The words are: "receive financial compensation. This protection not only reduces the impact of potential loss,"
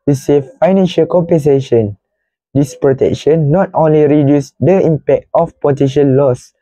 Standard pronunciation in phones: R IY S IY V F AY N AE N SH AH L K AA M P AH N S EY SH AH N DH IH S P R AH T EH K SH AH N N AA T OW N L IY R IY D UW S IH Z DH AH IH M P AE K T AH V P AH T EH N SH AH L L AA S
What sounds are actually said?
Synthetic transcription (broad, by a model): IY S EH F AY N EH N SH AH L K AA M P AH N S EY SH AH N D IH S P R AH T EH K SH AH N N AA T OW N L IY R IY D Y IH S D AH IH M P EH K T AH F P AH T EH SH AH N L AA S